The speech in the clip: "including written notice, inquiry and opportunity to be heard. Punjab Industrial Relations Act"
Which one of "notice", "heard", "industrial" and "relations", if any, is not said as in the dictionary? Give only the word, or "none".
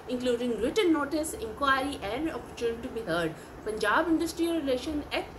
relations